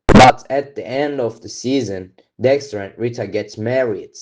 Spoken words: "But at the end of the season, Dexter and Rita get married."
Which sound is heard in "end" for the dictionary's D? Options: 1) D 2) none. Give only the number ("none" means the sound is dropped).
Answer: 1